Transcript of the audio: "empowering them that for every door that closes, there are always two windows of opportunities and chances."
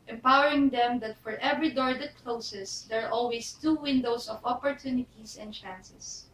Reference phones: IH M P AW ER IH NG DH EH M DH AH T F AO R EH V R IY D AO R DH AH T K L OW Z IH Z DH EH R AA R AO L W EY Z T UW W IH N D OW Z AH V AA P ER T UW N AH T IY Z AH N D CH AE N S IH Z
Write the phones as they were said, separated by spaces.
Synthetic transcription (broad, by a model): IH M P AW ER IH NG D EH M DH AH T F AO R EH V R IY D AO R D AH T K L OW S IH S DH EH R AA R AO L W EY S T UW W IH N D OW S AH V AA P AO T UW N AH T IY S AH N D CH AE N S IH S